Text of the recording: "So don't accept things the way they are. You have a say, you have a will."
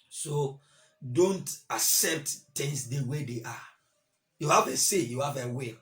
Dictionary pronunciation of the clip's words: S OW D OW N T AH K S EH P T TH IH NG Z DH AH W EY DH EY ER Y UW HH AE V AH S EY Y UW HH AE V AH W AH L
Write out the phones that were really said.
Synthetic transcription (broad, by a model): S OW D OW N T AH K S EH P T T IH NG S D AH W EY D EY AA Y UW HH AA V AH S EY Y UW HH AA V AH W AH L